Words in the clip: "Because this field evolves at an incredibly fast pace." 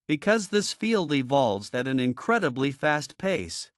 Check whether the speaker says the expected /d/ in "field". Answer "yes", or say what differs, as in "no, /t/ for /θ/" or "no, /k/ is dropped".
yes